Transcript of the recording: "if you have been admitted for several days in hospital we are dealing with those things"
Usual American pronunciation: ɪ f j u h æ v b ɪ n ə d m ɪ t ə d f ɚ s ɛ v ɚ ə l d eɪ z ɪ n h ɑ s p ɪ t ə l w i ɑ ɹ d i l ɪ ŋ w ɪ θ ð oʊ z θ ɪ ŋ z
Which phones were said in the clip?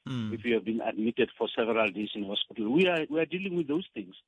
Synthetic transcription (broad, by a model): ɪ f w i h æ v b ɪ n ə d m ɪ t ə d f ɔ s ɛ v ɚ ə l d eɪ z ɪ n h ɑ s p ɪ t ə l w i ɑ w d i l ɪ ŋ w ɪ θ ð oʊ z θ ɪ ŋ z